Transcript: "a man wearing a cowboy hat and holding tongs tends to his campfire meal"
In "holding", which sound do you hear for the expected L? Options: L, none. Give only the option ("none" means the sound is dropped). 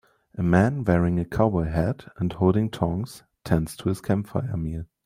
L